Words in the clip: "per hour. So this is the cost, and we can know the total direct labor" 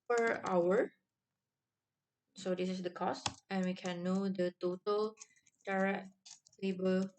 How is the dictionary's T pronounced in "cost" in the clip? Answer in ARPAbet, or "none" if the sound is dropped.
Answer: T